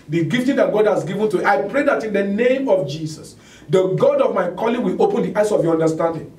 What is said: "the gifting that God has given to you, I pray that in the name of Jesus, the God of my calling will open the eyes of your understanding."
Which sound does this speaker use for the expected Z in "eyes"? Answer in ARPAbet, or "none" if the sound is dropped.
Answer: S